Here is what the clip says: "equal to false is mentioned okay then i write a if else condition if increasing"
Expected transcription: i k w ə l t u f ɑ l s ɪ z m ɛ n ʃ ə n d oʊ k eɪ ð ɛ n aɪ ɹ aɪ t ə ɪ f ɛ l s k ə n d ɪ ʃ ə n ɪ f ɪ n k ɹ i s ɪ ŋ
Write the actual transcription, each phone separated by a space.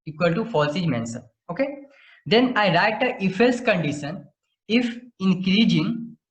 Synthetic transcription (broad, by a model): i k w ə l t u f ɑ l s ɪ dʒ m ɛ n s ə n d oʊ k eɪ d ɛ n aɪ ɹ aɪ t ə ɪ f ɛ l s k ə n d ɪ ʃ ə n ɪ f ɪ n k ɹ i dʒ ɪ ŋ